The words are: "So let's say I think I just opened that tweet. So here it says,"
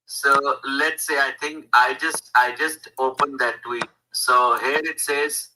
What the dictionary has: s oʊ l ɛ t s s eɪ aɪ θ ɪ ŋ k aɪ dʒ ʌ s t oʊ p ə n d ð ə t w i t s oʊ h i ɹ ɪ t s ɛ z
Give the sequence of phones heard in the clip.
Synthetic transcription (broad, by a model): s oʊ l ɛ t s s eɪ aɪ t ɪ ŋ k aɪ dʒ ʌ s t oʊ p ə n d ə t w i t s oʊ h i ɹ ɪ t s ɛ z